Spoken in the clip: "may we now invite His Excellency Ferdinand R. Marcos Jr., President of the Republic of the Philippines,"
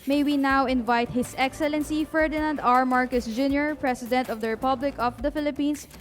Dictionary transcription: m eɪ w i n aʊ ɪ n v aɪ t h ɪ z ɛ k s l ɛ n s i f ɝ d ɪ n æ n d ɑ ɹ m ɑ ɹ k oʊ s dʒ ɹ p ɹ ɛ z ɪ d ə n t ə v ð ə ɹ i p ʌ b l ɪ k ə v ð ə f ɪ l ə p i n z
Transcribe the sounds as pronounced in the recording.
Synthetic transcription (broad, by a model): m eɪ w i n aʊ ɪ n v aɪ t h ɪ s ɛ k s l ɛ n s i f ɝ d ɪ n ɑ n d ɑ ɹ m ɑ ɹ k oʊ s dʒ ɹ p ɹ ɛ s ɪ d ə n t ə v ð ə ɹ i p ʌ b l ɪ k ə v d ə f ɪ l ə p i n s